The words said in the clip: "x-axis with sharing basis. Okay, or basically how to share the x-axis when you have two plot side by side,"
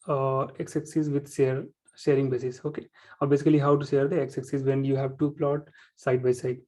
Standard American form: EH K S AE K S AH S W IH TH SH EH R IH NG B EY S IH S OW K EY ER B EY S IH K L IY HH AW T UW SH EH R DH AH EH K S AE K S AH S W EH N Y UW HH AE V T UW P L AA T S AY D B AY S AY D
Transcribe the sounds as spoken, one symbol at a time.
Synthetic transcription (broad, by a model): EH K S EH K S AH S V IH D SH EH R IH NG B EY S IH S OW K EY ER B EY S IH K L IY HH AW T UW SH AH R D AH EH K S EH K S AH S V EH N Y UW HH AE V T UW P L AA T S AY D B AY S AY D